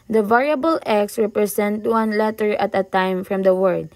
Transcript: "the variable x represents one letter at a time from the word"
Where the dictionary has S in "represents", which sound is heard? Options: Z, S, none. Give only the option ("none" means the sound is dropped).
none